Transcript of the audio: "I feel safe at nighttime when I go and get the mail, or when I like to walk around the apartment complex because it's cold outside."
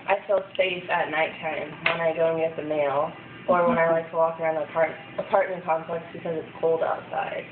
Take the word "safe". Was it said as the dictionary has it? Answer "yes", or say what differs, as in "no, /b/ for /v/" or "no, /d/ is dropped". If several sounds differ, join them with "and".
no, /f/ is dropped